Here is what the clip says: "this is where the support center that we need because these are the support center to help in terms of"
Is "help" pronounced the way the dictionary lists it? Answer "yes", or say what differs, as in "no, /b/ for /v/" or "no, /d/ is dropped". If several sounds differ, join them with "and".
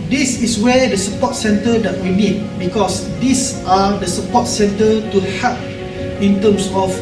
no, /l/ is dropped